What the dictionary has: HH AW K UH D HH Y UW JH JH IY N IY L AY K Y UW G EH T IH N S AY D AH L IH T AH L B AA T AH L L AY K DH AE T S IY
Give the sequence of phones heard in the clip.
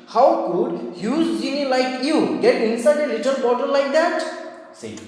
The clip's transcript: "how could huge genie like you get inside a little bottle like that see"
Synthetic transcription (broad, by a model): HH AW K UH D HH Y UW Z JH IY N IY L AY K Y UW G EH T IH N S AY D AH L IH T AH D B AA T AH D L AY K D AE T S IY